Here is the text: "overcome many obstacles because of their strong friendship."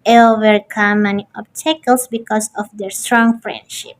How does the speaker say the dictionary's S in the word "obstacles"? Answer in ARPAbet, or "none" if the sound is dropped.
none